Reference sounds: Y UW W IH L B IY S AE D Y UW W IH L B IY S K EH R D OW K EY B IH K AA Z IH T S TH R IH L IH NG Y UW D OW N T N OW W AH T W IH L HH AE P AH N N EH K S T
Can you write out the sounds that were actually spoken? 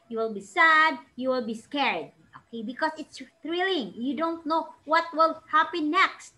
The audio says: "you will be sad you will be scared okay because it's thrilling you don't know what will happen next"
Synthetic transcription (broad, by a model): Y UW W IH L B IY S AE D Y UW W IH L B IY S K EH R D OW K EY B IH K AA S IH T S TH R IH L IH NG Y UW D OW N T N OW W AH T W IH L HH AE P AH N N EH K S T